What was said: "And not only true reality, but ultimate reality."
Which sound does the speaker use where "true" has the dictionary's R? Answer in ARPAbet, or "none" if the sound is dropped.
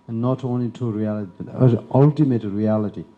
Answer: none